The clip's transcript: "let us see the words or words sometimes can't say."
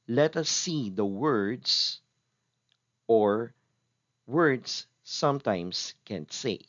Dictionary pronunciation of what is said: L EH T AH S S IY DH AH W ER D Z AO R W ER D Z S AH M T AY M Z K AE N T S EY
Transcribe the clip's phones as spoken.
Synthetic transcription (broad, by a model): L EH T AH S S IY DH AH W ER D S AO R W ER D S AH M T AY M S K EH N S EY